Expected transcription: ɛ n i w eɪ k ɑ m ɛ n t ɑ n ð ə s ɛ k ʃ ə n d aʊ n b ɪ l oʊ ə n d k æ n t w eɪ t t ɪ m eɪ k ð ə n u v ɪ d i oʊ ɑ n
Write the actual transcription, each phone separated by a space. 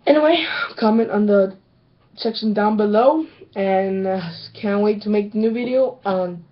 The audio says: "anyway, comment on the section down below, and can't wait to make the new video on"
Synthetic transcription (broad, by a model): ɛ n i w eɪ k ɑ m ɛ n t n ð ə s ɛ k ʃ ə n d aʊ n b ɪ l oʊ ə n k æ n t w eɪ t t ɪ m eɪ k ð ə n u v ɪ d i oʊ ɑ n